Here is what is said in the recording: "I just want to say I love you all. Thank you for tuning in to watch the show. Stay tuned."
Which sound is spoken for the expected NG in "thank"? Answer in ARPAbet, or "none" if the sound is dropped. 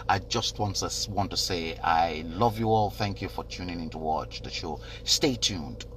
NG